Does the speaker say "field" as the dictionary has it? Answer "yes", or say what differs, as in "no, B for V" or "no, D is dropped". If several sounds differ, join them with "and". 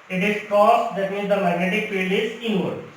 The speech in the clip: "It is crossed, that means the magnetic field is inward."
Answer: no, D is dropped